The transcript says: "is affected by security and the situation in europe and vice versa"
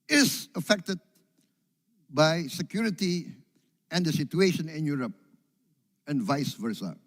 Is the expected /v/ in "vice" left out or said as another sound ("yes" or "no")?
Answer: no